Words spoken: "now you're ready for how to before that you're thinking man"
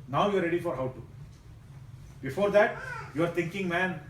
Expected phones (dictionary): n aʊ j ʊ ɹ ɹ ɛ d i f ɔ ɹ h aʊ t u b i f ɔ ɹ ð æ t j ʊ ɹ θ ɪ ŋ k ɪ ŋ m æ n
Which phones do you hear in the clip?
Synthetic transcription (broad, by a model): n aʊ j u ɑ ɹ ɛ d i f ɔ ɹ h aʊ t u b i f ɔ ɹ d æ t j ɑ ɹ t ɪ ŋ k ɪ ŋ m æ n